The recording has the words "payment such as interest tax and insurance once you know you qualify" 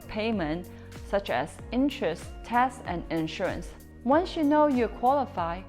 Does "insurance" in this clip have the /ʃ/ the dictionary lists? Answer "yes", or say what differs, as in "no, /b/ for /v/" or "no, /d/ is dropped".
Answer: yes